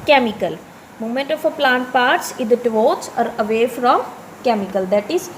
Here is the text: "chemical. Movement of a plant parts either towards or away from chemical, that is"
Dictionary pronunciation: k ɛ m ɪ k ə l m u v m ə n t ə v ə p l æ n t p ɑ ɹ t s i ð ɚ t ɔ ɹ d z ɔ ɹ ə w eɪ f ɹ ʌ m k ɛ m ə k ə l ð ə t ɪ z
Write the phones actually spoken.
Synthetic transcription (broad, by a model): k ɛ m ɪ k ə l m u m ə n t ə f ə p l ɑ n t p ɑ ɹ t s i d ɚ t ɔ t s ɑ ɹ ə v eɪ f ɹ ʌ m k ɛ m ə k ə l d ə t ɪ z